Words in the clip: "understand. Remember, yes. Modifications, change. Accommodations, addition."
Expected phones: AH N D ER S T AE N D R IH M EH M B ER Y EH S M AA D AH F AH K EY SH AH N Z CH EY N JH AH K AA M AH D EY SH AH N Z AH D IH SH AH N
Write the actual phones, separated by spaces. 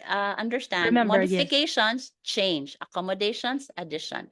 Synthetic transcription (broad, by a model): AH N D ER S T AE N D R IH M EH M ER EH M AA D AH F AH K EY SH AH N S CH EY N JH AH K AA M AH D EY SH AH N S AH D IH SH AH N